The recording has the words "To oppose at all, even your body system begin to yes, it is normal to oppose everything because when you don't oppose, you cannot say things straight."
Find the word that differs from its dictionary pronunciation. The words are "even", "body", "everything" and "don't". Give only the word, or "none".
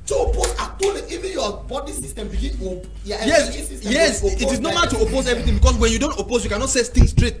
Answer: everything